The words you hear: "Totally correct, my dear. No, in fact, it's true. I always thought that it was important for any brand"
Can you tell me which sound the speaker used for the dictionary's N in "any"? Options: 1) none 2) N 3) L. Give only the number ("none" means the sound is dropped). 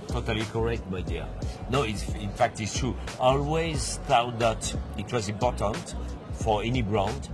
2